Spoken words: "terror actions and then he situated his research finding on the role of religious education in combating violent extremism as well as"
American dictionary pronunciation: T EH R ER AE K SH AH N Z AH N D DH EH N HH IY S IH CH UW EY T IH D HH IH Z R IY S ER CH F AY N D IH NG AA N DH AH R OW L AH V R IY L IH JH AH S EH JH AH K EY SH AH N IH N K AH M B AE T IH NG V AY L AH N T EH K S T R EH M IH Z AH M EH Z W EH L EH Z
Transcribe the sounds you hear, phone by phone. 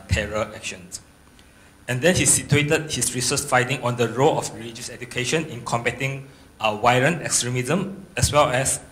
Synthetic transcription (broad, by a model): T EH R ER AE K SH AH N S AH N D EH N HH IY S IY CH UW EY T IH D HH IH S R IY S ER S F AY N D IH NG AA N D AH R OW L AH F R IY L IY JH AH S EH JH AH K EY SH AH N IH N K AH M B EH T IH NG W AY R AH N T EH K S T R EH M IH Z AH M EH S W EH L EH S